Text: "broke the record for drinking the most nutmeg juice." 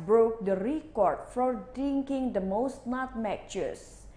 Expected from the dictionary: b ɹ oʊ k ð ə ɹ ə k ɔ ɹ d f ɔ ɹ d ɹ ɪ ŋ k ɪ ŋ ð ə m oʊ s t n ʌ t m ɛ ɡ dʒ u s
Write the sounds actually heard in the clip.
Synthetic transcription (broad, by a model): b ɹ oʊ k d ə ɹ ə k ɔ ɹ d f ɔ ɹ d ɪ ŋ k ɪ ŋ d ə m oʊ s t n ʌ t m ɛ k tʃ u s